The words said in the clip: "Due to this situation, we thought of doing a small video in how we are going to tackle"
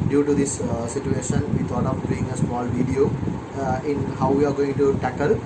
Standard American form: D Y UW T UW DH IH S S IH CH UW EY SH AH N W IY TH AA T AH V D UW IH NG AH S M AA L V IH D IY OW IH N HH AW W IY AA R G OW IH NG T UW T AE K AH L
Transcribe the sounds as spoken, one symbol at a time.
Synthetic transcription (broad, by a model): D Y UW T UW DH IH S S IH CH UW EY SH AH N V IY T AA T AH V D UW IH NG AH S M AA L V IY D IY OW IH N HH AW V IY AA R G OW IH NG T UW T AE K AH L